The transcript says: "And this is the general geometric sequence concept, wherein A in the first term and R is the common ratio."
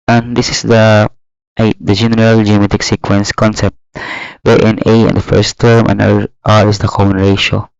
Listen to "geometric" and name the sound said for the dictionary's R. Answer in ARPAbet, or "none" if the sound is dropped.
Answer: none